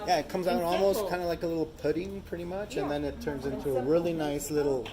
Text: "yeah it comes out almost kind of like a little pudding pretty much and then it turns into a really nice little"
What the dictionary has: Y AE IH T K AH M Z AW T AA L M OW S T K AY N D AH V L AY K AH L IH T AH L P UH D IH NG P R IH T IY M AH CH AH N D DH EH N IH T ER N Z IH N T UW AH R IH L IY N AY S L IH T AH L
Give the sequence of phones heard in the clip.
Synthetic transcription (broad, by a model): Y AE IH T K AH M Z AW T AA L M OW S T K AY N D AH L AY K AH L IH T L P UH D IH NG P R IH T IY M AH CH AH N DH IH N IH T ER N Z IH N T UW AH R IH L IY N AY S L IH T L